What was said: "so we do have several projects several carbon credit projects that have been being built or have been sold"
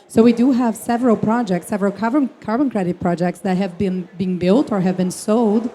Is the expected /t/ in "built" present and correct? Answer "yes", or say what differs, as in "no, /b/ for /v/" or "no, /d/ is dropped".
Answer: yes